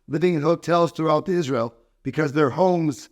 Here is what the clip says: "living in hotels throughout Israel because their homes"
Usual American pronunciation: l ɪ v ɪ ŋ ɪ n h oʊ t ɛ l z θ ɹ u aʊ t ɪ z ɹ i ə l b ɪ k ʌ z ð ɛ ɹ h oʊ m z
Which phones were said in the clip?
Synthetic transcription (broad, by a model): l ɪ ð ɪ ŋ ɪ h oʊ t ɛ l z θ ɹ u aʊ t ɪ z ɹ i ə l b ɪ k ʌ z ð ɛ ɹ h oʊ m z